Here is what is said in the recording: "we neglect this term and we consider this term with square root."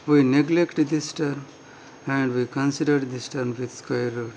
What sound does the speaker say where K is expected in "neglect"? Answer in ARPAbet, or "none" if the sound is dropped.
K